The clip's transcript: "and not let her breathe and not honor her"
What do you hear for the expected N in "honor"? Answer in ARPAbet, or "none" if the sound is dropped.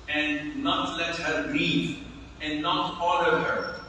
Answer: L